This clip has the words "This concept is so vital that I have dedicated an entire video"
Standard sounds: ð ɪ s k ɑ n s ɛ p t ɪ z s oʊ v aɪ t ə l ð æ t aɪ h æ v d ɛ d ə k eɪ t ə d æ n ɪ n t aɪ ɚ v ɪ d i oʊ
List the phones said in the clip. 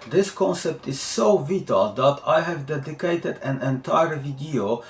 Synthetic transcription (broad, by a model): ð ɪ s k ɑ n s ɛ p t ɪ z s oʊ v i t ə l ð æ t aɪ h æ v d ɛ d ə k eɪ t ə d æ n ɪ n t aɪ ɚ v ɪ d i oʊ